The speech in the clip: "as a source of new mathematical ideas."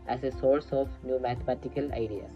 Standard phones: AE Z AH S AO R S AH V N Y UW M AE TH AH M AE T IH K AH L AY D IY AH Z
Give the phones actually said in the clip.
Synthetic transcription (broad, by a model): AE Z AH S AO R S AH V N Y UW M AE T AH M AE T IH K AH L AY D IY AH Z